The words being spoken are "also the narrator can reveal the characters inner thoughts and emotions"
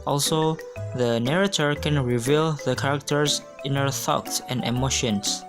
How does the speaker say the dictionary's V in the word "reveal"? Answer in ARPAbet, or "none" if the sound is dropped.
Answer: V